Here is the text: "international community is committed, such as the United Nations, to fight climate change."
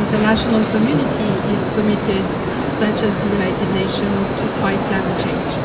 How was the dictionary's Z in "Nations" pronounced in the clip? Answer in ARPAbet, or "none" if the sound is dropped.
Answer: none